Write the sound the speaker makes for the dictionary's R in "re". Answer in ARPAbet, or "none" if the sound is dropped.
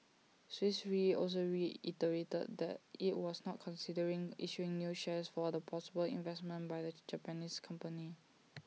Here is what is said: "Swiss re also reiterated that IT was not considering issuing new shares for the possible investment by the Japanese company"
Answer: R